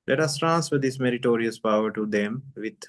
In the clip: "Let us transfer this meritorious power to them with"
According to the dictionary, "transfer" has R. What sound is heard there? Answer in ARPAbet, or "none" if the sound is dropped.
R